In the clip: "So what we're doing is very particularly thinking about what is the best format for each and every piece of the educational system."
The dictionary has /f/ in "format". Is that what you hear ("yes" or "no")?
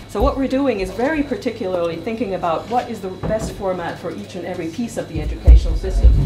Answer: yes